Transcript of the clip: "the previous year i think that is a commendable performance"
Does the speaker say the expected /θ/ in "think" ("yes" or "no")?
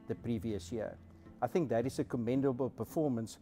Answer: yes